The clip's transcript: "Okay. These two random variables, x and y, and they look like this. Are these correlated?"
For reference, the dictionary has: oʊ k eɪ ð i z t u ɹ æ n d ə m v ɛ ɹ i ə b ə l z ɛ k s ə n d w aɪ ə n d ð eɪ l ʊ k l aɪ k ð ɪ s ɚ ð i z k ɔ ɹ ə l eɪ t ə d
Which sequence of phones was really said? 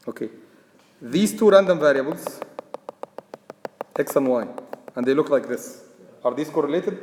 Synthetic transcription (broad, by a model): oʊ k eɪ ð i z t u ɹ æ n d ə m v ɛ ɹ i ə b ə l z ɛ k s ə n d w aɪ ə n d ð eɪ l ʊ k l aɪ k ð ɪ s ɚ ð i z k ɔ ɹ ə l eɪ t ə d